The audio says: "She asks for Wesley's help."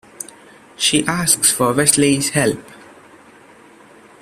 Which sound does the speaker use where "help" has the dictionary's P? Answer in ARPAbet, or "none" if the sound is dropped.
P